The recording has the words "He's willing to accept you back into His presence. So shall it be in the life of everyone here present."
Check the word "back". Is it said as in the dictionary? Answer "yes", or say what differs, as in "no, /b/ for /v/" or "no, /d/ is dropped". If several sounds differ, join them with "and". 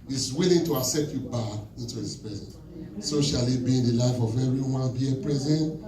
no, /k/ is dropped